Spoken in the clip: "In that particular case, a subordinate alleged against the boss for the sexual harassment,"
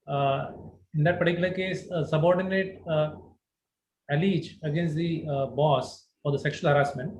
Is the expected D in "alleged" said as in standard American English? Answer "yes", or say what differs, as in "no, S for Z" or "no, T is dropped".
no, D is dropped